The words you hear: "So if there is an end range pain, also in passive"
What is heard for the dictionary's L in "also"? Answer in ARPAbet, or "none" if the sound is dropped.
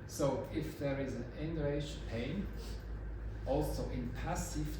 L